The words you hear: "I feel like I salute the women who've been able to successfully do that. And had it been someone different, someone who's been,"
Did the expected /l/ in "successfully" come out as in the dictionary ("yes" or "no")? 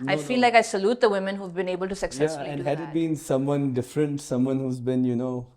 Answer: no